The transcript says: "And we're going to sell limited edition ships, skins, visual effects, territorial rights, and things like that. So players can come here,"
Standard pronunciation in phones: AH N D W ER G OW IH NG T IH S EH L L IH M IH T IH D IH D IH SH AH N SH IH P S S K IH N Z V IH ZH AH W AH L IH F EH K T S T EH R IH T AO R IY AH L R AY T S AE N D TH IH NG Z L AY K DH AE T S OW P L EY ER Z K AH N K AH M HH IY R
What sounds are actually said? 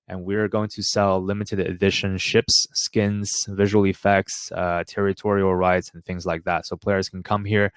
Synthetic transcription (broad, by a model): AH N W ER G OW IH NG T IH S EH L L IH M IH T IH D IH D IH SH AH N SH IH P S S K IH N Z V IH ZH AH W L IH F EH K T S T EH R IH T AO R IY L R AY T S N TH IH NG Z L AY K DH AE T S OW P L EY ER Z K N K AH M HH IY R